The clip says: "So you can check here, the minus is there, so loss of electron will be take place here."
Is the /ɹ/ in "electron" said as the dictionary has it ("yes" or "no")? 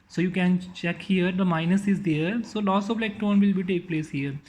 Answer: no